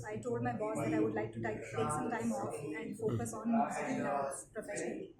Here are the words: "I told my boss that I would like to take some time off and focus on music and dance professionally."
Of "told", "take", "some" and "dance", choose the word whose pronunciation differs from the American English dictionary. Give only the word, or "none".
dance